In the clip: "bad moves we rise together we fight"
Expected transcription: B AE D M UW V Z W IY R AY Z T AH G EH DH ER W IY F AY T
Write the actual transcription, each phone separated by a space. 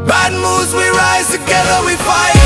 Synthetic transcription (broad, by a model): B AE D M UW Z W IY R AY Z T AH G EH DH ER W IY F AY